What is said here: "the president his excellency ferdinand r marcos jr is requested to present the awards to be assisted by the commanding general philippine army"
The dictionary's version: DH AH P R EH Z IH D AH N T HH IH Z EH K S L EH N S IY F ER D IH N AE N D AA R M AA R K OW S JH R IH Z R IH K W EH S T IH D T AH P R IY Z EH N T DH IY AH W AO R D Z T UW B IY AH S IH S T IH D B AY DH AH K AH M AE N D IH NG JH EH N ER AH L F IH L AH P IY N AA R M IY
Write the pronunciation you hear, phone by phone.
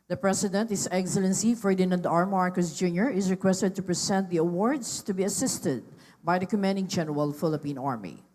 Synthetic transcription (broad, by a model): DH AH P R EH S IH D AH N T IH S EH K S L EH N S IY F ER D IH N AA N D AA R M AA R K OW S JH R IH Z R IH K W EH S T IH D T AH P R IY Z EH N T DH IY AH W AO R D S T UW B IY AH S IH S T IH D B AY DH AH K AH M AE N D IH NG JH EH N ER AH L F IH L AH P IY N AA R M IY